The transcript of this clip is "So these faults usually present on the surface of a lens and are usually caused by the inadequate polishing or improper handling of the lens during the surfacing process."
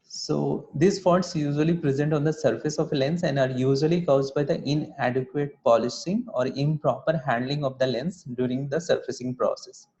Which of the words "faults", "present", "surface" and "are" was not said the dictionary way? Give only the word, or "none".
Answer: faults